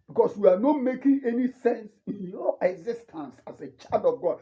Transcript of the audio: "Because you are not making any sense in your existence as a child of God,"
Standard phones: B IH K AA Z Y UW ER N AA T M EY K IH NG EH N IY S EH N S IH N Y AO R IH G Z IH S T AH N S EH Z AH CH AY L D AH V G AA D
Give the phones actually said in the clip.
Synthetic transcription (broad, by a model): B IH K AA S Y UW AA N AA T M EY K IH NG EH N IY S EH N S IH N Y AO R IH G Z IH S T AH N S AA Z AH CH AY D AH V G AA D